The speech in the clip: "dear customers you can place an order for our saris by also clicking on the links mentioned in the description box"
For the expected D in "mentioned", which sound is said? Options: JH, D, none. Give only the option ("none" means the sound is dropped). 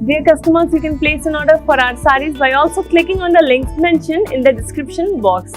none